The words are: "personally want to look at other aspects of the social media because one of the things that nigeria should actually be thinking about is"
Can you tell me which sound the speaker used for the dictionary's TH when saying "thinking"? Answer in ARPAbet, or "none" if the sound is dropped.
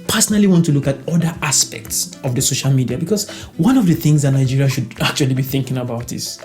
TH